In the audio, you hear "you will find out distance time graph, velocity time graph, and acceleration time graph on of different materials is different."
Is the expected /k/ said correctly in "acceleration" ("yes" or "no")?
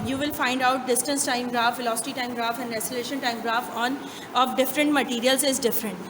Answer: no